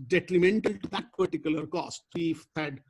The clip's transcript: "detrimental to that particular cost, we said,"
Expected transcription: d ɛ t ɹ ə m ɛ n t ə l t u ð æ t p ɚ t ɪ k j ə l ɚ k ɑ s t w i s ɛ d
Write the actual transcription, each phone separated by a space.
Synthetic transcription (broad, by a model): d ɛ t ɹ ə m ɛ n t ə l t u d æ t p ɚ t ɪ k j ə l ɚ k ɑ s t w i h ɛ d